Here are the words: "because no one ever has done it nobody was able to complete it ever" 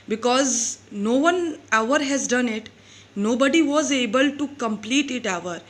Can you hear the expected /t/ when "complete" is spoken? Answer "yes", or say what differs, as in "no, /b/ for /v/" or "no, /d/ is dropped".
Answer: yes